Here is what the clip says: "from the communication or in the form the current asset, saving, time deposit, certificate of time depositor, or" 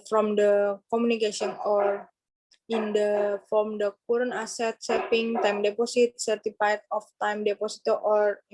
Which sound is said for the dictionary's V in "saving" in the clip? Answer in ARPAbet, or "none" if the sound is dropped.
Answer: P